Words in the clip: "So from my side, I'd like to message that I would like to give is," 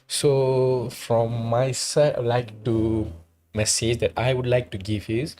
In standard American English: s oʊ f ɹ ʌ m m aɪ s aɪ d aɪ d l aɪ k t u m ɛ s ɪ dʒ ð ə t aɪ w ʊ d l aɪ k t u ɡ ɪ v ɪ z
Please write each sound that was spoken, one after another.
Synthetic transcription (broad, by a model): s oʊ f ɹ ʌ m m aɪ s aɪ aɪ l aɪ k t u m ɛ s ɪ dʒ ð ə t aɪ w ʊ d l aɪ k t u ɡ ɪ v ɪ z